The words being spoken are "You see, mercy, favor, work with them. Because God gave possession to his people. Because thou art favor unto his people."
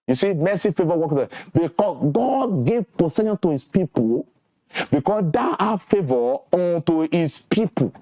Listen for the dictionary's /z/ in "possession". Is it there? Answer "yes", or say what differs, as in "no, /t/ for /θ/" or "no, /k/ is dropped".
no, /s/ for /z/